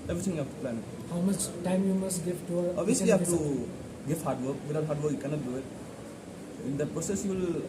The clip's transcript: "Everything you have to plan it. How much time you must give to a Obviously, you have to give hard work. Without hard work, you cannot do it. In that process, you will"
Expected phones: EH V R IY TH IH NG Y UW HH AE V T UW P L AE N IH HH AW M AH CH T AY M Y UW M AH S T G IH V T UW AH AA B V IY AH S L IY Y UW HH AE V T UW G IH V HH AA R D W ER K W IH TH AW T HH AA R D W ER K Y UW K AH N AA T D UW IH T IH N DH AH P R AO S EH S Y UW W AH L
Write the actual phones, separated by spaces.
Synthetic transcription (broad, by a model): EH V R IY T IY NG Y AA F T UW P L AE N HH AW M AH CH T AY M Y UW M AH S T G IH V T UW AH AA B IY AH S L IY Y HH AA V T UW G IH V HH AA R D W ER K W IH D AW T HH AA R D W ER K Y UW K AH N AA T D UW IH T IH N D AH P R AO S EH S Y UW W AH L